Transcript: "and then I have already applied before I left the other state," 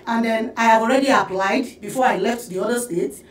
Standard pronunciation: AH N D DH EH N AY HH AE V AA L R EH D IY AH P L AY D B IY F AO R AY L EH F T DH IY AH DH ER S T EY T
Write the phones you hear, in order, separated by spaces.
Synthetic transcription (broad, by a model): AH N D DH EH N AY HH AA V AA L R EH D IY AH P L AY D B IY F AO R AY L EH F T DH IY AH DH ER S T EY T